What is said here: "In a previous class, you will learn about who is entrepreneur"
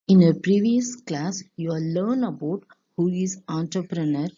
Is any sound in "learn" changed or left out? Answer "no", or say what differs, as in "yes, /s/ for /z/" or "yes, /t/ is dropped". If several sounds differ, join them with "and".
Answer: no